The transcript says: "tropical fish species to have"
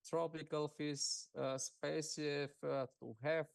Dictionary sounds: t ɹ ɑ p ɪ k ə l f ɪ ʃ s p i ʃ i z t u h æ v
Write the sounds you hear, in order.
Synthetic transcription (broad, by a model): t ɹ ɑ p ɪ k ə l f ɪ s s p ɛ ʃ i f t u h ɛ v